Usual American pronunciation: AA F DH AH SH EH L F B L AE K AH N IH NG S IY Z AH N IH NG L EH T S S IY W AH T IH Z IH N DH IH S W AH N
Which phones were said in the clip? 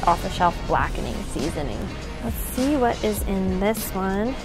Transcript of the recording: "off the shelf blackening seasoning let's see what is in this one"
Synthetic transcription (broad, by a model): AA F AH SH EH F B L AE K AH N IH NG S IY Z AH N IH NG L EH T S S IY W AH T IH Z IH N DH IH S W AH N